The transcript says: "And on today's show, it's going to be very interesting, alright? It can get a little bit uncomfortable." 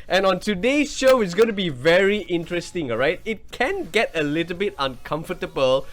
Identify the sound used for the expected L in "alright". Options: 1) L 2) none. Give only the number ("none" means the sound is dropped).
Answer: 2